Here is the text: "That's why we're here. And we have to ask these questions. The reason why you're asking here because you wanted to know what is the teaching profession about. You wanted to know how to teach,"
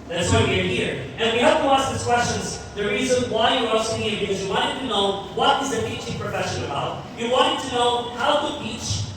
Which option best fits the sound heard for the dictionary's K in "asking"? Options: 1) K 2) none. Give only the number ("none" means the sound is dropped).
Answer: 2